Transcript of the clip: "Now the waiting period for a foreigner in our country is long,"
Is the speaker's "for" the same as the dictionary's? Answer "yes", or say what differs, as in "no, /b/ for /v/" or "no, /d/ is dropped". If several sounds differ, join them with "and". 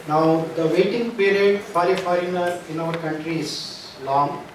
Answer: no, /l/ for /ɹ/